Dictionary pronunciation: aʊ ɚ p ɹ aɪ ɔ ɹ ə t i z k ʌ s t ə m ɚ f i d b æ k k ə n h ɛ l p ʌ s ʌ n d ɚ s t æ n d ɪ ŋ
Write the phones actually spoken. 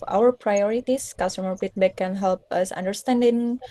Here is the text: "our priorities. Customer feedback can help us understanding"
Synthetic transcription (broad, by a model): aʊ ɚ p ɹ aɪ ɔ ɹ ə t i s k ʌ s t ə m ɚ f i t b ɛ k k ə n h ɛ l p ʌ s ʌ n d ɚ s t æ n d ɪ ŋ